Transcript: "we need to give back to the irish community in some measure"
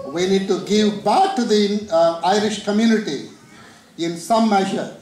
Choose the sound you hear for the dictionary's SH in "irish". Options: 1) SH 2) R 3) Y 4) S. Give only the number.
1